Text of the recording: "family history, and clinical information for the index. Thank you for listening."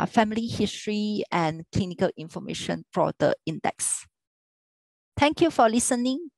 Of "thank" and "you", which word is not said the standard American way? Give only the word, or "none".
thank